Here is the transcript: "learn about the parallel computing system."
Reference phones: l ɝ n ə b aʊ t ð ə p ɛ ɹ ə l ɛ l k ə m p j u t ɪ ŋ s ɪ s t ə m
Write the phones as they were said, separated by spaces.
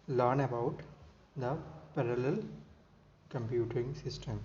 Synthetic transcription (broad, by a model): l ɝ n ə b aʊ t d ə p ɛ ɹ ə l ɛ l k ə m p j u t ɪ ŋ s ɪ s t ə m